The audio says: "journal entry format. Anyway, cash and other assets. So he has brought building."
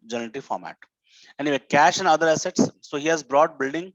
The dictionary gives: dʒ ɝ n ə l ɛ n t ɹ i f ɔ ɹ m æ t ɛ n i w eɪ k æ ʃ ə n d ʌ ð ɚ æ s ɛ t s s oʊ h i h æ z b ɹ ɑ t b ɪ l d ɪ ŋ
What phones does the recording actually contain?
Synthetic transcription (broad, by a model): dʒ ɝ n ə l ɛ t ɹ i f ɔ ɹ m æ t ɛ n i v eɪ k æ ʃ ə n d ʌ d ɚ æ s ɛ t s s oʊ h i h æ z b ɹ ɑ t b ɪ l d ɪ ŋ